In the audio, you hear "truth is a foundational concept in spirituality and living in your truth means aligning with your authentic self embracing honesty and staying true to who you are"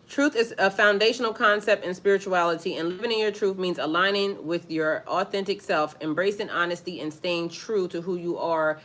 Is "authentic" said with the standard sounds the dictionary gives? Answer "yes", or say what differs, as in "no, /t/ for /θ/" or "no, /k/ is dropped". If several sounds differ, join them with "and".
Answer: yes